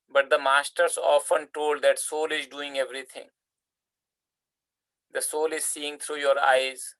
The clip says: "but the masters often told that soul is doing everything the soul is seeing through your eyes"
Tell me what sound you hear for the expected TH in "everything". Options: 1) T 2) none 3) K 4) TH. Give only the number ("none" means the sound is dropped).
1